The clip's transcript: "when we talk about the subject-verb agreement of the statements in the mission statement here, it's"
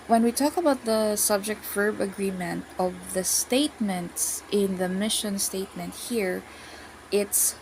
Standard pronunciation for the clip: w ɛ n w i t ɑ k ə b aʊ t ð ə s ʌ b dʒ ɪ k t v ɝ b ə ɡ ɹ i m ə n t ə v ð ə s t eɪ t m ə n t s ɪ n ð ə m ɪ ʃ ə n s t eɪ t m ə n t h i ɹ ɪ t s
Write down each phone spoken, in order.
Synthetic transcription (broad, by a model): w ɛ n w i t ɑ k ə b aʊ t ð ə s ʌ b dʒ ɪ k t f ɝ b ə ɡ ɹ i m ə n t ə v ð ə s t eɪ t m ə n t s ɪ n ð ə m ɪ ʃ ə n s t eɪ t m ə n t h i ɹ ɪ t s